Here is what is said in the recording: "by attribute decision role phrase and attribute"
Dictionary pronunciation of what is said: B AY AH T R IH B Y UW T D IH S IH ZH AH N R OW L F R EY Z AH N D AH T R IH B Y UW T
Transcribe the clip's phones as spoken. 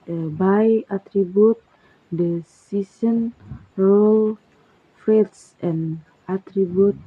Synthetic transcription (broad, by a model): B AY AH T R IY B Y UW T D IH S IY S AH N R OW L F R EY S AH N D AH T R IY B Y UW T